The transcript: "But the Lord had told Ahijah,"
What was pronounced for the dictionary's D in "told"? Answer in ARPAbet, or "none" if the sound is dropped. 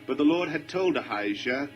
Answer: D